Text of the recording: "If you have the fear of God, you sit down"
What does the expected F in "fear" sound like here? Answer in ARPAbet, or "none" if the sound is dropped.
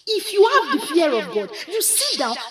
P